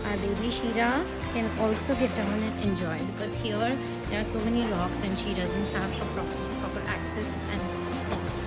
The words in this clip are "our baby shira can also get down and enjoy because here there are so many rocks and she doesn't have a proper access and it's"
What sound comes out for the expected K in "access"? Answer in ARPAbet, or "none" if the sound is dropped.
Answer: K